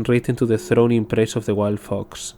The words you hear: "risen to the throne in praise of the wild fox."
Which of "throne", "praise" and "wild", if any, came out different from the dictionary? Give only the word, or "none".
praise